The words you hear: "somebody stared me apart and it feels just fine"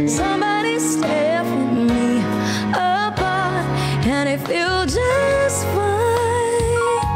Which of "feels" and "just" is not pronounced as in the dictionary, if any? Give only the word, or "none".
feels